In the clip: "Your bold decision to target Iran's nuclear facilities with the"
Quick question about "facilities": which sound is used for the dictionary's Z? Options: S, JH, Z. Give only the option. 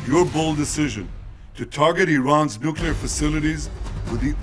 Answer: Z